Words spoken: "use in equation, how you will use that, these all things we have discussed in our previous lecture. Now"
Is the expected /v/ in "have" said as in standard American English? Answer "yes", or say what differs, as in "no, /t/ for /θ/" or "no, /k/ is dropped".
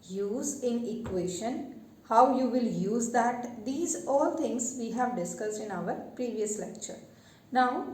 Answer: yes